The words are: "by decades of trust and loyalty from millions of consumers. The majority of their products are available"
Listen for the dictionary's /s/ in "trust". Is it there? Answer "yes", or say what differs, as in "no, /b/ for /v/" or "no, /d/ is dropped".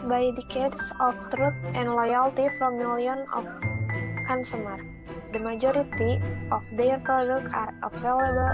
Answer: no, /s/ is dropped